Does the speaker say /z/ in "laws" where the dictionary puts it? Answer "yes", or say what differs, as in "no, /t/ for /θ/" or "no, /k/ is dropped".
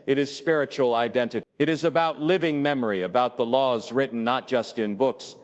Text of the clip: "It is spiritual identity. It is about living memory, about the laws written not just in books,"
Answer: yes